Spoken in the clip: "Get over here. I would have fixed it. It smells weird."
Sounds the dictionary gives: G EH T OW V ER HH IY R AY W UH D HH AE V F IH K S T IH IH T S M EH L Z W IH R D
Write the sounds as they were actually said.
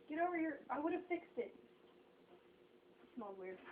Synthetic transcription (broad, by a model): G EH T OW V ER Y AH R AY W UH D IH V F IH K S T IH IH T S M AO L W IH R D